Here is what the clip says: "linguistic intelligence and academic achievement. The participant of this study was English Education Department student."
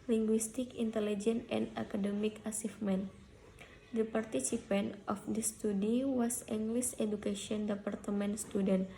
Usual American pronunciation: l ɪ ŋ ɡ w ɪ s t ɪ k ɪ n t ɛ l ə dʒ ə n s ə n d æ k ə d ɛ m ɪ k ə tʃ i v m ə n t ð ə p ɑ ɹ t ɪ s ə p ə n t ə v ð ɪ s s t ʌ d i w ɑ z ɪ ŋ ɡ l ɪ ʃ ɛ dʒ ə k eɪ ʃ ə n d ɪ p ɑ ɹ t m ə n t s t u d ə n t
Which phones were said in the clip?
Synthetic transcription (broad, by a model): l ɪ ŋ ɡ w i s t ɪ k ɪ n t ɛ l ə dʒ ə n ə n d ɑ k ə d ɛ m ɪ k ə s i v m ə n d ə p ɑ ɹ t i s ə p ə n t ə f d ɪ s s t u d i w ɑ s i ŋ ɡ l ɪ s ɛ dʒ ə k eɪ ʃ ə n d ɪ p ɑ ɹ t m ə n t s t u d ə n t